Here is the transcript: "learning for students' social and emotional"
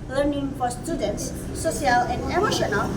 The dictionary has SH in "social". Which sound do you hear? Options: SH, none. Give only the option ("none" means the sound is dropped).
none